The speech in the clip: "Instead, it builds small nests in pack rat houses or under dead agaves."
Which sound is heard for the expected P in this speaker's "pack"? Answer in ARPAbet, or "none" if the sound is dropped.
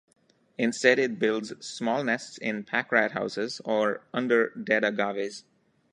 P